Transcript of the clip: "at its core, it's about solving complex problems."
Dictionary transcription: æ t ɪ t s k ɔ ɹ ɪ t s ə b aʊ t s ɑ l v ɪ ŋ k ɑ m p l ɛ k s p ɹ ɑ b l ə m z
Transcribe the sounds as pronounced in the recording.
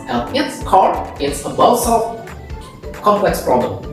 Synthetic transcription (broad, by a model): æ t ɪ t s k ɔ ɹ ɪ t s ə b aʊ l s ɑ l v k ɑ m p l ɛ k s p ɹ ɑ b l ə m